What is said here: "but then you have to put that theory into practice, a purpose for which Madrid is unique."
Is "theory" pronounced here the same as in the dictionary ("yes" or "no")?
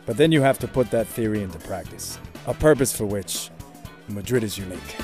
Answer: yes